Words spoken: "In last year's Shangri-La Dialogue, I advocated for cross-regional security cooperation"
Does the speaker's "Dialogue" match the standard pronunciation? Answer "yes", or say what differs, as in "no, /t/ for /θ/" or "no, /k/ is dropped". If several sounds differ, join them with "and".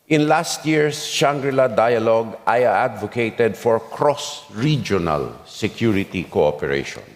yes